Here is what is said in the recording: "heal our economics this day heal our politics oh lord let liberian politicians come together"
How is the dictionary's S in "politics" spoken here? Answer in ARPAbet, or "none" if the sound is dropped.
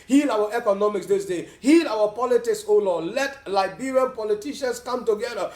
S